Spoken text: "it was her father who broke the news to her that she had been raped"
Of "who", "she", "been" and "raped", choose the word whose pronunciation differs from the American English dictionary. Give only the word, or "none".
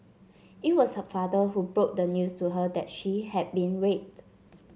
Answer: raped